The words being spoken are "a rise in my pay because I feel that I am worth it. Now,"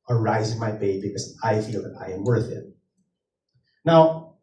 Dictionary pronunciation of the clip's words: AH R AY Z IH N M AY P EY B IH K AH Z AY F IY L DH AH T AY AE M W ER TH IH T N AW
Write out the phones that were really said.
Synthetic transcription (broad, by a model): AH R AY Z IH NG M AY B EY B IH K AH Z AY F IY L DH AH T AY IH M W ER TH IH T N AW